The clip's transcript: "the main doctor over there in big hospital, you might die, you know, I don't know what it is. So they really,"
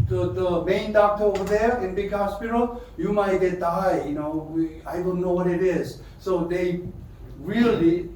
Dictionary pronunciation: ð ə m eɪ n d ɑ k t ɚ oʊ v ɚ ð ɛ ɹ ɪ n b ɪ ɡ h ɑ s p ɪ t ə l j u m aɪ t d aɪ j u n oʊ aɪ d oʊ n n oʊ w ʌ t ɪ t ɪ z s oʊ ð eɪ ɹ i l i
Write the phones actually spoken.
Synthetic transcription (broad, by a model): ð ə m eɪ n d ɑ k t ɚ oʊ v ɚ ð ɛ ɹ ɪ n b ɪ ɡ h ɑ s p ɪ t ə l j u m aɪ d d aɪ j u n oʊ aɪ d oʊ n n oʊ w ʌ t ɪ t ɪ z s oʊ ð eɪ ɹ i l i